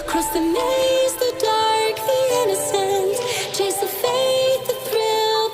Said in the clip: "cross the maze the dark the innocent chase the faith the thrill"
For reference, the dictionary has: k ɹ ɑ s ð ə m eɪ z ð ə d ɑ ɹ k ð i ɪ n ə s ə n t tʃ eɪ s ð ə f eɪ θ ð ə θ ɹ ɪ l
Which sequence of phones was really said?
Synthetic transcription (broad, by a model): k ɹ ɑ s ð ə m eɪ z ð ə d ɑ ɹ k ð i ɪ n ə s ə n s tʃ eɪ s ð ə f eɪ s ð ə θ ɹ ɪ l